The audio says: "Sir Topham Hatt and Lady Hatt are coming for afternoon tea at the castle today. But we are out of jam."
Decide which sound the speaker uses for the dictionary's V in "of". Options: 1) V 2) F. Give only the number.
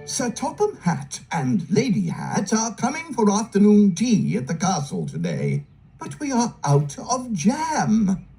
1